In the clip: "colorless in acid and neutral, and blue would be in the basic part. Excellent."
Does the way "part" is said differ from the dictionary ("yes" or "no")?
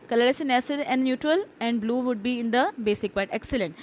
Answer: yes